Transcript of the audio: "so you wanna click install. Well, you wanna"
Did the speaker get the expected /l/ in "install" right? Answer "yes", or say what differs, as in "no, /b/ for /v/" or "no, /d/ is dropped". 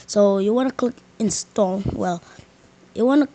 no, /n/ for /l/